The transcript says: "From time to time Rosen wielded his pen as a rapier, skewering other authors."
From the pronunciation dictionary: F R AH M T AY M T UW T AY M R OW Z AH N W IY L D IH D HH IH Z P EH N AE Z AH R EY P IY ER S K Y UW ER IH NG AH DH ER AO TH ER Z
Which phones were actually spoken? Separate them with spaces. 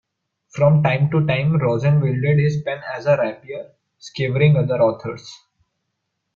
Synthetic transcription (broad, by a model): F R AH M T AY M T UW T AY M R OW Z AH N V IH L D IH D HH IH Z P EH N AE Z AH R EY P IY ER S K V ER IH NG AH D ER AO T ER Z